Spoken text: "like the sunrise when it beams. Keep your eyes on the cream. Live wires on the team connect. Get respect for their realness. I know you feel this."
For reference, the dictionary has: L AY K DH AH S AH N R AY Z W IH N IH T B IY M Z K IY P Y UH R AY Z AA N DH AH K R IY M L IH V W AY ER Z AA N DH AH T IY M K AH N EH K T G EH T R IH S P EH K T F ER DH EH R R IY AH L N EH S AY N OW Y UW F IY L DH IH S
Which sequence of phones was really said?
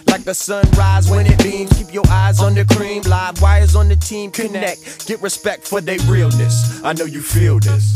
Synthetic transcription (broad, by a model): L AY K DH AH S AH N R AY Z W IH N IH T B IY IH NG K IY P Y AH R AY Z N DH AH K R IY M L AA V W AY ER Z N DH AH T IY M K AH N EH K G EH T R IH S P EH K T F ER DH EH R R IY L N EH S AY N OW Y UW F IY L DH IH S